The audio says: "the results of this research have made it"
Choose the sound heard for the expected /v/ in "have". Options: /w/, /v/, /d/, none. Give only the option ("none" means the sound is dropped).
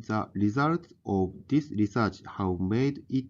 /w/